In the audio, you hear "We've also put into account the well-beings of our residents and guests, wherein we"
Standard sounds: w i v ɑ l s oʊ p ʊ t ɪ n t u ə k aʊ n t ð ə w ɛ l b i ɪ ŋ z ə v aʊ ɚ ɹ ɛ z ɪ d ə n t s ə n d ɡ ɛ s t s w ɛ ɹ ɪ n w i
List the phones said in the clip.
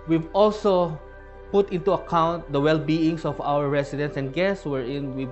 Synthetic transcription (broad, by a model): w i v ɑ l s oʊ p ʊ t ɪ n t u ə k aʊ n t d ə w ɛ l b i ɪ ŋ s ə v aʊ ɚ ɹ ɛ s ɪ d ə n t s ə n d ɡ ɛ s t s w ɛ ɹ ɪ n w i